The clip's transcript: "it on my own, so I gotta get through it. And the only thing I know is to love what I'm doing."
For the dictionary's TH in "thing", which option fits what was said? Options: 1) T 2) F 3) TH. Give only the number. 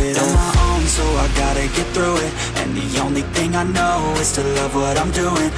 3